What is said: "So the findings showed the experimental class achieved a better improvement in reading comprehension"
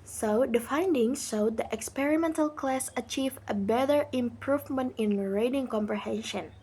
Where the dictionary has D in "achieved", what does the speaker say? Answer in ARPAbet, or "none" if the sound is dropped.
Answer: none